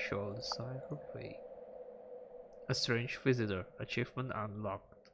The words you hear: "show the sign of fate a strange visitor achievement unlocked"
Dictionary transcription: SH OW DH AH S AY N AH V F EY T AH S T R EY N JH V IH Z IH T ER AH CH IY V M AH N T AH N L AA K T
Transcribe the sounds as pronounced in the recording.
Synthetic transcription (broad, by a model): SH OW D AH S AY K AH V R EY AH S T R EY N JH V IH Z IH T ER AH CH IY V M AH N T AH N L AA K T